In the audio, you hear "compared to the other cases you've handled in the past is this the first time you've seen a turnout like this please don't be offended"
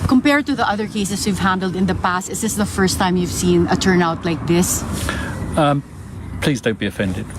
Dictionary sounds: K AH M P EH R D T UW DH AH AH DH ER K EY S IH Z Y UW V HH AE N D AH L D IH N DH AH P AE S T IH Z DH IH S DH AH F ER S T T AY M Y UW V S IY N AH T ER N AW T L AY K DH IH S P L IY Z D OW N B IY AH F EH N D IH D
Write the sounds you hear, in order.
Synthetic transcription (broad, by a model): K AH M P EH R D T UW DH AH AH DH ER K EY S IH S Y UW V HH AE N D AH L D IH N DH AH P AE S T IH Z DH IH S DH AH F ER S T T AY M Y UW V S IY N AH T ER N AW T L AY K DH IH S P L IY Z D OW N B IY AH F EH N D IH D